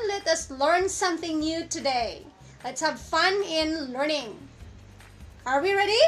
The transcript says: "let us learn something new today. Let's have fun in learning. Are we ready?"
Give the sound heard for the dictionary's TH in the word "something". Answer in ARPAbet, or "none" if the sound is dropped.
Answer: TH